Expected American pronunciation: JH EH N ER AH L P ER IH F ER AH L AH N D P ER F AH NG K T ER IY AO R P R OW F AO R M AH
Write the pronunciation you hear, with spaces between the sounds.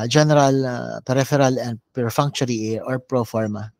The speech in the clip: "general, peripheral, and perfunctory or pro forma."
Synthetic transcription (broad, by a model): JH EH N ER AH L P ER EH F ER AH L AH N D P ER F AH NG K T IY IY AO R P R OW F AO R M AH